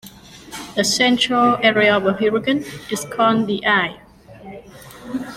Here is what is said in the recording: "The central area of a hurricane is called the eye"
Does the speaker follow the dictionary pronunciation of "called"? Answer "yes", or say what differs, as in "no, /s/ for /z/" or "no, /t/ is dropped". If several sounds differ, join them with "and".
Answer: no, /n/ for /l/